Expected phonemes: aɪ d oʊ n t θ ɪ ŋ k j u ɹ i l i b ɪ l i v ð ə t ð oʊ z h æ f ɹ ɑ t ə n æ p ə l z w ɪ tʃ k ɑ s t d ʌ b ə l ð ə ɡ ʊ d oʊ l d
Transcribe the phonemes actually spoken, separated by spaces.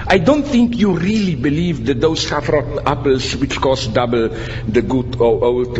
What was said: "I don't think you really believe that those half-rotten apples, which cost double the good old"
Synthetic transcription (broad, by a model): aɪ d oʊ n t θ ɪ ŋ k j u ɹ i l i b ɪ l i v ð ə t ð oʊ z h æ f ɹ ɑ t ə n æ p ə l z w ɪ tʃ k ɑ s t d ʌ b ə l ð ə ɡ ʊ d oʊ l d